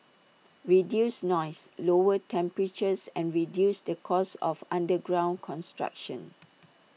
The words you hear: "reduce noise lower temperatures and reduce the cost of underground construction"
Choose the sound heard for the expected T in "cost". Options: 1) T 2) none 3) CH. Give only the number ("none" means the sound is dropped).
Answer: 2